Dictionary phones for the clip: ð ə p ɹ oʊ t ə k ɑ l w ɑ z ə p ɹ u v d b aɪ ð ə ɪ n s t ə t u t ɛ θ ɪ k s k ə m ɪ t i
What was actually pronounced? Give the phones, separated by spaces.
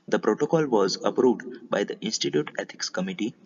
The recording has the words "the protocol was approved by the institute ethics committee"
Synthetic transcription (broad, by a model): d ə p ɹ oʊ t ə k ɑ l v ɑ z ə p ɹ u v d b aɪ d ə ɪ n s t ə t u t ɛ t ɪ k s k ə m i t i